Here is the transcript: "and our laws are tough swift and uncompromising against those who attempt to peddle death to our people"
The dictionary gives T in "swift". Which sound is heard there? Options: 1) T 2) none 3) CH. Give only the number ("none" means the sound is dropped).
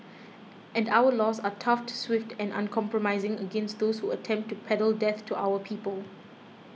1